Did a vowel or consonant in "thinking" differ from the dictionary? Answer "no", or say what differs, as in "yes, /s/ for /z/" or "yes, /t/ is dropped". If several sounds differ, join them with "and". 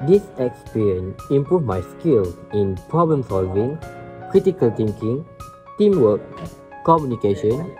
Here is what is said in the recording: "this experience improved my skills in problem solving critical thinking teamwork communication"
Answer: yes, /t/ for /θ/